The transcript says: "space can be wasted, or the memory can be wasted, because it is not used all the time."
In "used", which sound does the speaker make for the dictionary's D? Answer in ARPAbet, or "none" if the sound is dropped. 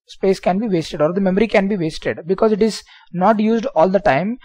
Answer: D